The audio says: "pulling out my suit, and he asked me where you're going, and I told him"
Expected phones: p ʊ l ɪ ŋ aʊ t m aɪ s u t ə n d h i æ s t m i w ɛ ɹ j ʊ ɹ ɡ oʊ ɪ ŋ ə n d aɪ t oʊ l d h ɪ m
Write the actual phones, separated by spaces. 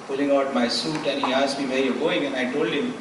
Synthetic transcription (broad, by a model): p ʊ l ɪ ŋ aʊ t m aɪ s u t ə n h i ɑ s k m i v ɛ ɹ j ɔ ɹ ɡ oʊ ɪ ŋ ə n aɪ t oʊ l d h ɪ m